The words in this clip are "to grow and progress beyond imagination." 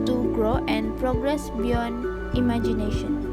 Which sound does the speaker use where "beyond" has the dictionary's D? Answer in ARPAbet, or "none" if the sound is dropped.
none